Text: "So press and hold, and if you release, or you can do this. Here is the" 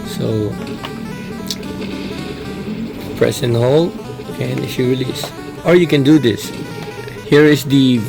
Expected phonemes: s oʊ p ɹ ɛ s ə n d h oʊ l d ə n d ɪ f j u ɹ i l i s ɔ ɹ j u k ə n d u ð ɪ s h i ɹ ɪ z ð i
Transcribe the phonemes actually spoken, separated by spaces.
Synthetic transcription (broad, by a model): s oʊ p ɹ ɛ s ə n h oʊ l ə n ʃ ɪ ɹ i l i s ɔ ɹ j u k ə n d u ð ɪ s h i ɹ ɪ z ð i